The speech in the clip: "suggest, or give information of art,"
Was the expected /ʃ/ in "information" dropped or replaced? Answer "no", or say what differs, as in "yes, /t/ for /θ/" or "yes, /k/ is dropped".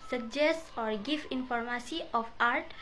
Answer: yes, /s/ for /ʃ/